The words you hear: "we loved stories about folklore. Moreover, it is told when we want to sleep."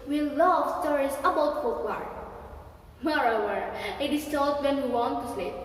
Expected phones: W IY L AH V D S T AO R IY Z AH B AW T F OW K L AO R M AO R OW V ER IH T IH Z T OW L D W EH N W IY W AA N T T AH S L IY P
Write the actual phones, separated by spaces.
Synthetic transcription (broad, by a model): W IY L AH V S T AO R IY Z AH B AW T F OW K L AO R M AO R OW W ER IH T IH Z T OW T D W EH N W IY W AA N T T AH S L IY